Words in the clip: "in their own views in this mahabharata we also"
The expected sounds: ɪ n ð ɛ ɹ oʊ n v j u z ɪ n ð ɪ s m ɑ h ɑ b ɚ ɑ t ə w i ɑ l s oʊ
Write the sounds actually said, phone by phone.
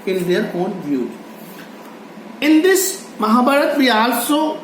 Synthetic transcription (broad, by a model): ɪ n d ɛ ɹ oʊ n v j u ɪ n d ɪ s m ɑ h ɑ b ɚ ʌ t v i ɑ l s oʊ